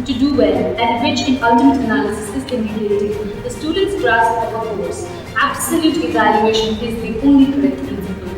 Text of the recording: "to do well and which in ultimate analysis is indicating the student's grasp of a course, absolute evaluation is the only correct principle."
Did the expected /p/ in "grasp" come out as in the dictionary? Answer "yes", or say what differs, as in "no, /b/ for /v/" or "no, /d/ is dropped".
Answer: no, /p/ is dropped